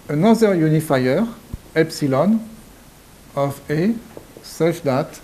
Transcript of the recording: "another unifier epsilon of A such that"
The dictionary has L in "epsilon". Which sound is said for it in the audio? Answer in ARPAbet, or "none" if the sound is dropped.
L